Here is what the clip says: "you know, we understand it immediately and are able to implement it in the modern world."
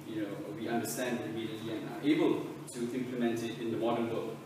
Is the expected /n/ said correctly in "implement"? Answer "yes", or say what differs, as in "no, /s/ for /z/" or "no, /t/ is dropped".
yes